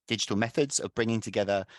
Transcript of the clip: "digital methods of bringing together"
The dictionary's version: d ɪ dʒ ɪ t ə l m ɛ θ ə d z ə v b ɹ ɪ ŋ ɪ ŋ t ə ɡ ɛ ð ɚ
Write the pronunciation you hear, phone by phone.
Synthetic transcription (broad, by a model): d ɪ dʒ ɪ t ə l m ɛ θ ə d z ə v b ɹ ɪ ŋ ɪ ŋ t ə ɡ ɛ ð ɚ